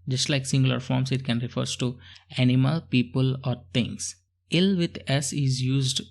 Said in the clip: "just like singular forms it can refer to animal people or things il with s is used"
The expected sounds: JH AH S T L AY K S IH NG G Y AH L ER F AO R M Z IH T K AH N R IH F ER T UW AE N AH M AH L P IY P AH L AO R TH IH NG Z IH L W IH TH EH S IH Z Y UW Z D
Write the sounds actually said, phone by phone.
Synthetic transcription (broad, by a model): JH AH S T L AY K S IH NG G L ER F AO R M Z IH T K AH N R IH F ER T UW AE N AH M AH L P IY P AH L AO R T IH NG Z IH L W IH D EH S IH Z Y UW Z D